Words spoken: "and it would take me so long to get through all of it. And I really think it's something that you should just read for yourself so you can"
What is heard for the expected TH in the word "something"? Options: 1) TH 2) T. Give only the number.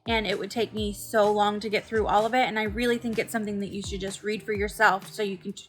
1